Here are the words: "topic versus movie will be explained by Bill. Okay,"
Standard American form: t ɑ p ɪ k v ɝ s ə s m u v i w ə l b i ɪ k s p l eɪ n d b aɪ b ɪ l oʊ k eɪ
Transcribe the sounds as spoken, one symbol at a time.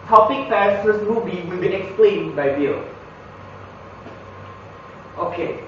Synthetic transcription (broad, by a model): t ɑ p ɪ k f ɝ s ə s m u v i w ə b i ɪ k s p l eɪ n b aɪ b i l oʊ k eɪ